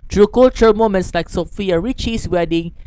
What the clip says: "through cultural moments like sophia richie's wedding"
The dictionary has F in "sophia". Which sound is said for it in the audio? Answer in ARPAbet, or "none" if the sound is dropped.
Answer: F